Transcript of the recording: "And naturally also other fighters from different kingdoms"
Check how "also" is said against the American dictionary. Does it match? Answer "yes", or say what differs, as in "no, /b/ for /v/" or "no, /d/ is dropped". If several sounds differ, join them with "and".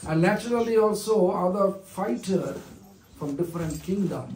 yes